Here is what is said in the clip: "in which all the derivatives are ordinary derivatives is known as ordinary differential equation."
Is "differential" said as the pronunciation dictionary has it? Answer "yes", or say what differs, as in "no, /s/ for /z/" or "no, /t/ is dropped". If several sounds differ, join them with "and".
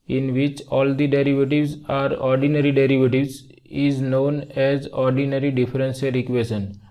no, /s/ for /ʃ/